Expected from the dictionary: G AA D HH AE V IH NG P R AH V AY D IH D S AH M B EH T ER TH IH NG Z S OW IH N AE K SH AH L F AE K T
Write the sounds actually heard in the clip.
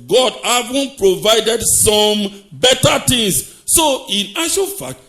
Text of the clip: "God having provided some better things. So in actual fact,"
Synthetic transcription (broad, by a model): G AA D HH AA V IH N P R AH V AY D IH D S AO M B EH T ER T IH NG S S OW IH N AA SH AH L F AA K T